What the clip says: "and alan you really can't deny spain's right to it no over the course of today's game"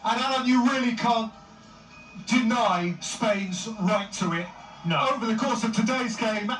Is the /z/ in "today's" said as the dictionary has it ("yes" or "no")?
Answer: yes